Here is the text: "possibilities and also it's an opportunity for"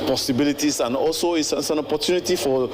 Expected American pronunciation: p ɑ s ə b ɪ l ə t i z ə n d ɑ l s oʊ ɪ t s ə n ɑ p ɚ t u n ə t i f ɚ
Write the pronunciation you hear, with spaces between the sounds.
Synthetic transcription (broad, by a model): p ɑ s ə b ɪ l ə t i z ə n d ɑ l s oʊ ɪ s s ə n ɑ p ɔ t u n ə t i f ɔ